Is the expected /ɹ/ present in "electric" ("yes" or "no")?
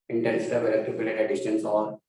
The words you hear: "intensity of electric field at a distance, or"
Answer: no